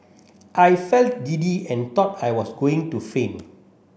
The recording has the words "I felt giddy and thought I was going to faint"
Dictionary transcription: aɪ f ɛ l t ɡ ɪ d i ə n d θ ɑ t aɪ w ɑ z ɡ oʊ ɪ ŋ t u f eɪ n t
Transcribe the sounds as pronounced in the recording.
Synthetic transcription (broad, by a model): aɪ f ɛ l t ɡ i d i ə n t ɑ t aɪ w ɑ s ɡ oʊ ɪ ŋ t u f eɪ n